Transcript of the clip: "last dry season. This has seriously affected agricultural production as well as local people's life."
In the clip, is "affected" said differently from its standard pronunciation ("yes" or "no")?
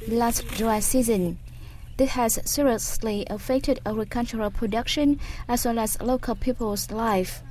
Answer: no